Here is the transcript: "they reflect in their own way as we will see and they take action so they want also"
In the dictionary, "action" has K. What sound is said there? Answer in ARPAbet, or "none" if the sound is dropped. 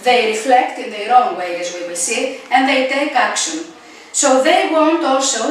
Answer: K